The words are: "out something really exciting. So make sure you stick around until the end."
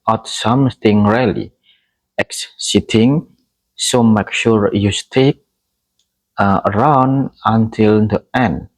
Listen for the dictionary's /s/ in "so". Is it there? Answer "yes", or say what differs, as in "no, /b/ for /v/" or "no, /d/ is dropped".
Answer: yes